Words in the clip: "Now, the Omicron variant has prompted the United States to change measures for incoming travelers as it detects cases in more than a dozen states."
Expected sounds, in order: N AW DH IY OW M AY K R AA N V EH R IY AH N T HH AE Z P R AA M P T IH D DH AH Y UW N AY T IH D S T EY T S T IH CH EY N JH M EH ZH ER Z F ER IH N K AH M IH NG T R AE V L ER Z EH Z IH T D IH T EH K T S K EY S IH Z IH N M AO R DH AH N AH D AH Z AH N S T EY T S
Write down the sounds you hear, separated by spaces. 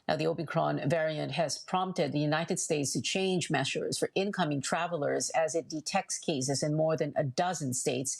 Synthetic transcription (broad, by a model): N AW DH IY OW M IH K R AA N V EH R IY AH N T HH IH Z P R AA M P T IH D DH AH Y UW N AY T IH D S T EY T S T IH CH EY N JH M EH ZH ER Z F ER IH N K AH M IH NG T R AE V L ER Z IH Z IH T D IH T EH K T S K EY S IH Z IH N M AO R DH AH N AH D AH Z AH N S T EY T S